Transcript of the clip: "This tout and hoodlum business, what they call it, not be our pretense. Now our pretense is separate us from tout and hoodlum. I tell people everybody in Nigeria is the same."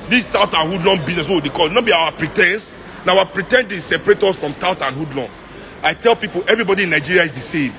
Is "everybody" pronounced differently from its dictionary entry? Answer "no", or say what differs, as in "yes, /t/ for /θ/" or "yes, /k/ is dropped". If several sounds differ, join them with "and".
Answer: no